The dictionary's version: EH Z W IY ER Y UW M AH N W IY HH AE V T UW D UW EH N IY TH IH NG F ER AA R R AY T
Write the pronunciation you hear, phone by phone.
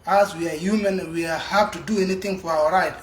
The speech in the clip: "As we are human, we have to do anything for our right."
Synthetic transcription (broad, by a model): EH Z W IY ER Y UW M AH N W IY HH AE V T UW D UW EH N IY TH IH NG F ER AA W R AY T